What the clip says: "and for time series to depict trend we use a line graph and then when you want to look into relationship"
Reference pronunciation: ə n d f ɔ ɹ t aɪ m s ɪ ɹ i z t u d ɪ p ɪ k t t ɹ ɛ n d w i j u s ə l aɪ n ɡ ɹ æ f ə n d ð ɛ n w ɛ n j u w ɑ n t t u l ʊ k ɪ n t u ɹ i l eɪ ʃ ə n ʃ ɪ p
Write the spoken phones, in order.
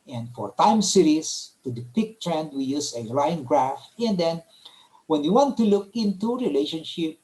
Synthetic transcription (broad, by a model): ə n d f ɔ ɹ t aɪ m s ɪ ɹ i s t u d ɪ p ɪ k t t ɹ ɛ n d w i j u s ə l aɪ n ɡ ɹ æ f ə n d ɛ n w ɛ n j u w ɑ n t t u l ʊ k ɪ n t u ɹ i l eɪ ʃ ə n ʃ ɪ p